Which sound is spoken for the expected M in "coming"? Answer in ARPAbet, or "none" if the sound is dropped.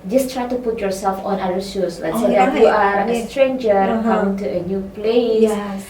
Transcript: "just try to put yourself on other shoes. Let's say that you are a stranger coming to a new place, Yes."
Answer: none